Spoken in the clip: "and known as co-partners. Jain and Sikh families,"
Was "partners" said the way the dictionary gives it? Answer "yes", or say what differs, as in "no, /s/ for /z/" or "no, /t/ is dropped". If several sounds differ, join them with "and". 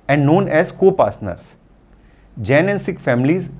no, /s/ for /t/